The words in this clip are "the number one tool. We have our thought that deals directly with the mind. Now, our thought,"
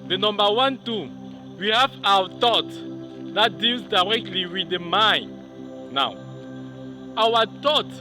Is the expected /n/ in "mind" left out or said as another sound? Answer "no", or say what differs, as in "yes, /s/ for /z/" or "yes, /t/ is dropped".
no